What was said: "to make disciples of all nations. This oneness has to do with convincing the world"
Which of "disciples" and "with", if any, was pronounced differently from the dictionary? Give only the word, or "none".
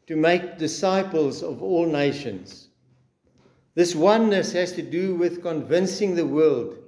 none